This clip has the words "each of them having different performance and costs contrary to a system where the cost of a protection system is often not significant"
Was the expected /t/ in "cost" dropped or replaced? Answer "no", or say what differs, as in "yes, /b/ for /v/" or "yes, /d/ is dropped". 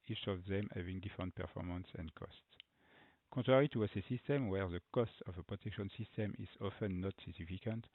no